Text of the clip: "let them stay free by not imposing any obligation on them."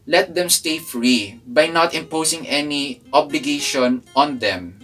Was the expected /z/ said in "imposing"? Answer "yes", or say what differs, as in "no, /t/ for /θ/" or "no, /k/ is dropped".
no, /s/ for /z/